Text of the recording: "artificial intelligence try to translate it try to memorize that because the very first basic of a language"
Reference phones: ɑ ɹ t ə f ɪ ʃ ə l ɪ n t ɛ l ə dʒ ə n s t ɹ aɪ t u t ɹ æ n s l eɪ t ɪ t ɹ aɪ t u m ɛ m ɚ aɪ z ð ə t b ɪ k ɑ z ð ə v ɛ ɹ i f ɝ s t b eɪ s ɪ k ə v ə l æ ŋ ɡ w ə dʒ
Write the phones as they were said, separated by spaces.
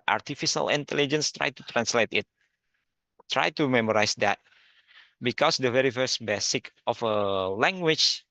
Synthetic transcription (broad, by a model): ɑ ɹ t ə f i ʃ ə l ɪ n t ɛ l ə dʒ ə n s t ɹ aɪ t u t ɹ æ n s l eɪ t ɪ t ɹ aɪ t u m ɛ m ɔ aɪ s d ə t b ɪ k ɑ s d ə v ɛ ɹ i f ɝ s t b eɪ s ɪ k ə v ə l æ ŋ ɡ w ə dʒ